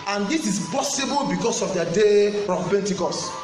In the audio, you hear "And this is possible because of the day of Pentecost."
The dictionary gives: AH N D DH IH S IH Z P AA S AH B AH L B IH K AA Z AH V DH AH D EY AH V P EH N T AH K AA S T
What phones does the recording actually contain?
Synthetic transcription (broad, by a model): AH N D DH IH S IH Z P AA S AH B AH L B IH K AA S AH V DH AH D EY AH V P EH N T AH K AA S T